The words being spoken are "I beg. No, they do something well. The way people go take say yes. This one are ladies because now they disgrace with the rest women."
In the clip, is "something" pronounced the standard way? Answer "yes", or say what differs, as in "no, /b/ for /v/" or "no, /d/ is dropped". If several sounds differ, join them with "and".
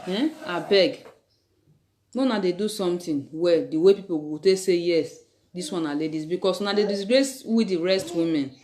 no, /t/ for /θ/